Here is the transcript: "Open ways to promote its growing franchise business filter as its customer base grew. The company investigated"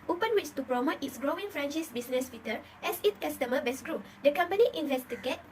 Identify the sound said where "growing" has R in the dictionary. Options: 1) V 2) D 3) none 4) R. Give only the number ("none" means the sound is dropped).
4